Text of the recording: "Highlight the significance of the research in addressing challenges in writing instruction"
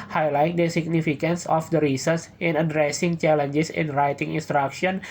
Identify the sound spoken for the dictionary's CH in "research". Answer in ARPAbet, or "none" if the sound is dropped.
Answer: S